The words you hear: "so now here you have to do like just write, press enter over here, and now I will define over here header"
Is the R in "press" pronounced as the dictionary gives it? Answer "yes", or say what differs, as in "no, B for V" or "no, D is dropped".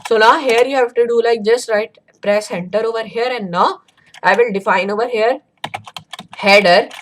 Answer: yes